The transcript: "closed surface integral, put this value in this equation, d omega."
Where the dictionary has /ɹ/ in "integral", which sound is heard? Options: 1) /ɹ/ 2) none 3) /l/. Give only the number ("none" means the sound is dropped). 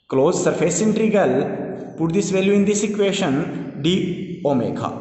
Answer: 2